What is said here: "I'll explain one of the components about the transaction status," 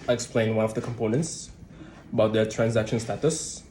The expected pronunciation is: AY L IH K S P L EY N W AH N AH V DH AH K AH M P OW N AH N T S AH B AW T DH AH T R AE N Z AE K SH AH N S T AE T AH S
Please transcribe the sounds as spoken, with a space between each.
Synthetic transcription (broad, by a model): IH IH K S P L EY N W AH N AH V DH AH K AH M P OW N AH N T S AH B AW T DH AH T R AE N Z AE K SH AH N S T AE T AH S